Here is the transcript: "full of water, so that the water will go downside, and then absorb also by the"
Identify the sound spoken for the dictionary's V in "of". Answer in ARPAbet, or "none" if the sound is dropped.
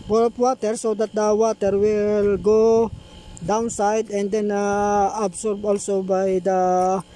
P